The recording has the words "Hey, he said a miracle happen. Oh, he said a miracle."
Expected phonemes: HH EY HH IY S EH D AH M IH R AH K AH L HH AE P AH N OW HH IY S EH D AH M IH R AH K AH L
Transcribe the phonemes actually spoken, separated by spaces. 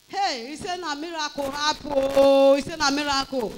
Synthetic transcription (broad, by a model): HH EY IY S EH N AH M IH R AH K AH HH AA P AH OW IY S EH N AH M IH R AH K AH